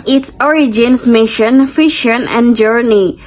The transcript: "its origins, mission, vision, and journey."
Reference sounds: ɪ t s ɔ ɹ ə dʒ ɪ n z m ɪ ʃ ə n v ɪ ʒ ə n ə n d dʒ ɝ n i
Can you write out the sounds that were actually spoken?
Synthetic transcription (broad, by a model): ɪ t s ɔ ɹ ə dʒ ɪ n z m ɪ ʃ ə n f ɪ ʃ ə n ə n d dʒ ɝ n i